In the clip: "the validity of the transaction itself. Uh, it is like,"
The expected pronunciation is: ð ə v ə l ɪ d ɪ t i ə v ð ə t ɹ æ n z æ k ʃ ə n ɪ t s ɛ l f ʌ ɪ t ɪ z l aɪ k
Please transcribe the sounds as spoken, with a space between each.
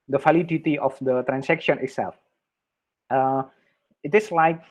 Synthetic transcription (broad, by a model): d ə f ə l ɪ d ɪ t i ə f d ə t ɹ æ n s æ k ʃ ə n ɪ t s ɛ l f ʌ ɪ t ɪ s l aɪ k